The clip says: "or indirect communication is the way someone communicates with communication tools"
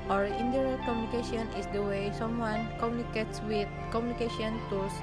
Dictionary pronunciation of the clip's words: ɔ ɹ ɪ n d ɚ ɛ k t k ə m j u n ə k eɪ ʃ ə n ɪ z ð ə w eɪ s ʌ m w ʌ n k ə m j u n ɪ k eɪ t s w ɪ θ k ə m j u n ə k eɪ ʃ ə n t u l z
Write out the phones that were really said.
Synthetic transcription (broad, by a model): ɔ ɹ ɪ n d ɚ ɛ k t k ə m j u n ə k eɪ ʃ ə n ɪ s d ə w eɪ s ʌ m w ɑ n k ə m j u n ɪ k eɪ t s w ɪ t k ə m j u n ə k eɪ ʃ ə n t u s